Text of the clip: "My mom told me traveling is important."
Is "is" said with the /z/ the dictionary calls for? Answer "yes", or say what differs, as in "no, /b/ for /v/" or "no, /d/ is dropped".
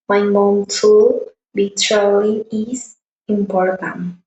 no, /s/ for /z/